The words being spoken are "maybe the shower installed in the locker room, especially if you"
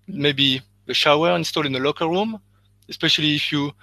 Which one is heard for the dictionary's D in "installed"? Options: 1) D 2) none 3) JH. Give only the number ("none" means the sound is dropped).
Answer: 2